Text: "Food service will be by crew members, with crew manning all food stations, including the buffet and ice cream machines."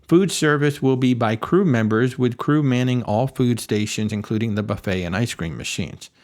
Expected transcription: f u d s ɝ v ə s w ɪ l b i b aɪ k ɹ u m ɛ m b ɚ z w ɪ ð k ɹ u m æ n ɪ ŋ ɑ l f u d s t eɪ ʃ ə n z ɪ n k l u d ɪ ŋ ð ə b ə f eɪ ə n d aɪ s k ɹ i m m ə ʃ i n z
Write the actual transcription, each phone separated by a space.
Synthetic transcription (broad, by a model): f u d s ɝ v ə s w ɪ l b i b aɪ k ɹ u m ɛ m b ɚ z w ɪ ð k ɹ u m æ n ɪ ŋ ɑ l f u d s t eɪ ʃ ə n z ɪ n k l u d ɪ ŋ ð ə b ə f eɪ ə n aɪ s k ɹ i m m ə ʃ i n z